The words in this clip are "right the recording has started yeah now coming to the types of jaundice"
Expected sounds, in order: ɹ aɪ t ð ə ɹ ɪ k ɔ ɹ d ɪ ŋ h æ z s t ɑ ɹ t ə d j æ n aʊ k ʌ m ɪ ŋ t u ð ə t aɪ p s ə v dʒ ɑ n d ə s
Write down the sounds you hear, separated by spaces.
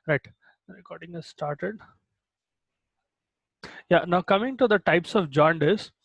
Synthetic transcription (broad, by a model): ɹ aɪ t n ɹ ɪ k ɔ ɹ d ɪ ŋ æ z s t ɑ ɹ t ə d j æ n aʊ k ʌ m ɪ ŋ t u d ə t aɪ p s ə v dʒ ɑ n d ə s